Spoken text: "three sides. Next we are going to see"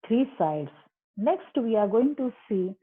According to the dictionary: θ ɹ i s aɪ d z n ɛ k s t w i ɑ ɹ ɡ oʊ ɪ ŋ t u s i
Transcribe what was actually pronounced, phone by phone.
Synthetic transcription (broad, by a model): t ɹ i s aɪ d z n ɛ k s t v i ɑ ɹ ɡ oʊ ɪ ŋ t u s i